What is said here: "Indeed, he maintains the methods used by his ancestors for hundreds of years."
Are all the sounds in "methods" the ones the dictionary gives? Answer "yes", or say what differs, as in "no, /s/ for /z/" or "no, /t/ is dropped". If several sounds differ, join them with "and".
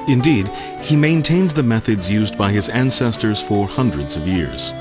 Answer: yes